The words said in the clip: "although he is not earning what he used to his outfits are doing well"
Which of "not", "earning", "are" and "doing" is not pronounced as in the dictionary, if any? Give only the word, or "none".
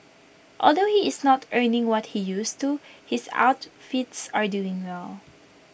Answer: none